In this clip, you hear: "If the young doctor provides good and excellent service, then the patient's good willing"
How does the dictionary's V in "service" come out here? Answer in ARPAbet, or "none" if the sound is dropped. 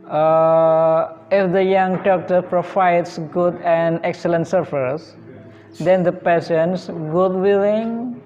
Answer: F